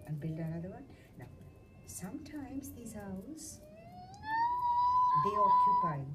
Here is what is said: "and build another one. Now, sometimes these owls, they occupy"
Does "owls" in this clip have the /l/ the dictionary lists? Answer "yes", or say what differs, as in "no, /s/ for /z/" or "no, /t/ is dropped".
no, /l/ is dropped